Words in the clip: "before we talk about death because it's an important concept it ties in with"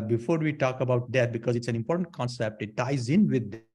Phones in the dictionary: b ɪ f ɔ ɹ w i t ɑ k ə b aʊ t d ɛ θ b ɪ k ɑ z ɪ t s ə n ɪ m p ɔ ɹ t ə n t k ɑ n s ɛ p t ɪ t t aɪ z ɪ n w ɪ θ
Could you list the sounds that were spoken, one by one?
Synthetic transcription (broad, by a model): b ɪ f ɔ ɹ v i t ɑ k ə b aʊ t d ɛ t b ɪ k ɑ z ɪ t s ə n ɪ m p ɔ ɹ t ə n t k ɑ n s ɛ p t ɪ t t aɪ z ɪ n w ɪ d